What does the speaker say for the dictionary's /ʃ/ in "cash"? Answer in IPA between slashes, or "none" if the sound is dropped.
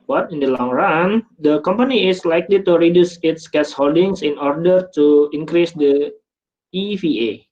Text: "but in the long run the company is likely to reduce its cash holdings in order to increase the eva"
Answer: /s/